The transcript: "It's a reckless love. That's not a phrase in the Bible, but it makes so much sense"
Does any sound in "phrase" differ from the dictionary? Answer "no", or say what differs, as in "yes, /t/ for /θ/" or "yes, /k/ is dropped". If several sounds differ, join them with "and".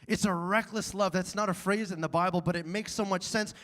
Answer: no